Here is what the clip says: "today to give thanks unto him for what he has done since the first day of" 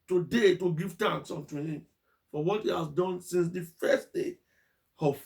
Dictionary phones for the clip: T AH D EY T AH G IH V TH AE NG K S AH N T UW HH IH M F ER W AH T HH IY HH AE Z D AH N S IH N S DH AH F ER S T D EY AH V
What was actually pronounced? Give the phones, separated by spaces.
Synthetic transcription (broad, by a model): T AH D EY T AH G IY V T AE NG K S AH N T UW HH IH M F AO W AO T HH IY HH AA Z D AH N S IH N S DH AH F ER S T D EY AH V